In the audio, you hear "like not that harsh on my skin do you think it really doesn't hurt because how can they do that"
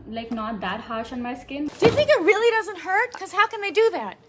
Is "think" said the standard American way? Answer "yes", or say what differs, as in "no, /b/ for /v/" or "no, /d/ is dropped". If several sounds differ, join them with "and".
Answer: yes